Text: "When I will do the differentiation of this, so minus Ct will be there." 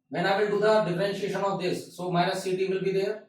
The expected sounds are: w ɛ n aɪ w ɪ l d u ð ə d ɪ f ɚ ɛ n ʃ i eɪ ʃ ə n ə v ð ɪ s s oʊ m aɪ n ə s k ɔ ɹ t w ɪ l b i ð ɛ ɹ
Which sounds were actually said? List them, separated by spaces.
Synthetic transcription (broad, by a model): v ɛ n aɪ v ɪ l d u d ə d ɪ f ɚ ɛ n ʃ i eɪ ʃ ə n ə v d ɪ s s oʊ m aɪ ə s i t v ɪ l b i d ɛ ɹ